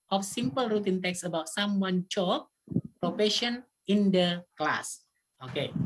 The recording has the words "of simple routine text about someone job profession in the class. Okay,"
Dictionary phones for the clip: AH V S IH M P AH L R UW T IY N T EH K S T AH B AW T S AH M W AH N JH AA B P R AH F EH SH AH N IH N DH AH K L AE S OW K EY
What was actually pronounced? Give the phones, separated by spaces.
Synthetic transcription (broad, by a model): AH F S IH M P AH L R UW T IY N T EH K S AH B AW T S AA M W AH N CH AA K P R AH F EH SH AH N IH N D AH K L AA S OW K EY